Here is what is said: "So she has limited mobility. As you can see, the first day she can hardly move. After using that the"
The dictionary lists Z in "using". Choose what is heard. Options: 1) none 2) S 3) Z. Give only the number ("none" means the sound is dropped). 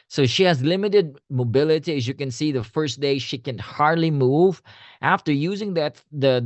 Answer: 3